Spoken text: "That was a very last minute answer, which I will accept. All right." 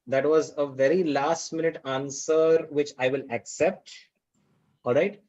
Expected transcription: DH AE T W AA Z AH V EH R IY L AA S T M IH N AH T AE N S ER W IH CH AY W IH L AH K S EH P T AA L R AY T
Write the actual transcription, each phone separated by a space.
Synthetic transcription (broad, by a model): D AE T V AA Z AH V EH R IY L AA S T M IH N AH T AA N S ER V IH CH AY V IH L AH K S EH P T AA L R AY T